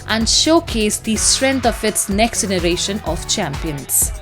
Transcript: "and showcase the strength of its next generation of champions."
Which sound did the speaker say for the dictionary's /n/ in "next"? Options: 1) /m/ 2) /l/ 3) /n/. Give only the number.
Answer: 3